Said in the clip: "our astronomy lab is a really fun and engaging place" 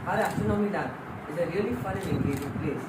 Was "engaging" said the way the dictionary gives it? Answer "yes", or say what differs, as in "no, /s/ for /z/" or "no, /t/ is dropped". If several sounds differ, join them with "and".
no, /n/ is dropped